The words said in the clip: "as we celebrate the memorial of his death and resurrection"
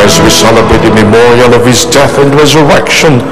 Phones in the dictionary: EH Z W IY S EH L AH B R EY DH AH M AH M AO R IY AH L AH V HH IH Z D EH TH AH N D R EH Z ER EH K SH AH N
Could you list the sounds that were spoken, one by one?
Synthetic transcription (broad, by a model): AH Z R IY S EH L AH B R EY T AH M AH M AO R IY AH L AH V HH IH Z D EH TH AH N R EH Z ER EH K SH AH N